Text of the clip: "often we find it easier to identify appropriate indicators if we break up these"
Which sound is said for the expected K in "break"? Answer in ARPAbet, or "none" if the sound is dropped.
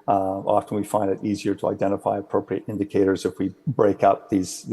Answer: K